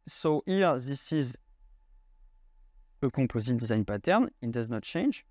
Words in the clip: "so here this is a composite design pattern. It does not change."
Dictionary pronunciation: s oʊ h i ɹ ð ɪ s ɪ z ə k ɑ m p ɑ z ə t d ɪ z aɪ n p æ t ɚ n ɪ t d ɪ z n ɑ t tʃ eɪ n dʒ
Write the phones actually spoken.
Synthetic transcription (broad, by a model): s oʊ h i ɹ ð ɪ s ɪ z ə k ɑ p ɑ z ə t d ɪ z aɪ n p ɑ t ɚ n ɪ t d ɪ z n ɑ t tʃ eɪ n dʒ